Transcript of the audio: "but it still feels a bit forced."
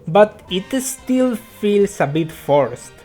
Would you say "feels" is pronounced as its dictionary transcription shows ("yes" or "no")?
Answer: no